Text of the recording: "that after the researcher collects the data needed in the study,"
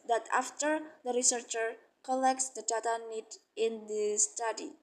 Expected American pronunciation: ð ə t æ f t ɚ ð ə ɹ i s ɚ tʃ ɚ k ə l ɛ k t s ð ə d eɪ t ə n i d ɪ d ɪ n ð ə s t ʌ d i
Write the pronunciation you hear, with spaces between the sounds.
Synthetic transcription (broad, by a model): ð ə t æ f t ɚ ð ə ɹ i s ɚ tʃ ɚ k ə l ɛ k t s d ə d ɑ t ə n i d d ɪ n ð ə s t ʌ d i